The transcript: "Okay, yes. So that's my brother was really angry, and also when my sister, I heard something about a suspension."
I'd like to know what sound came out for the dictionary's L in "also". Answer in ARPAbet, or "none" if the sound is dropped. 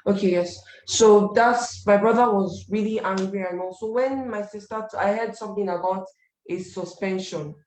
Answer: none